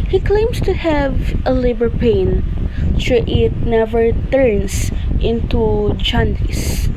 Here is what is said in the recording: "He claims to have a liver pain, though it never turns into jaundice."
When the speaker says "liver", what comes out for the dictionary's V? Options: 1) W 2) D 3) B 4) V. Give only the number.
3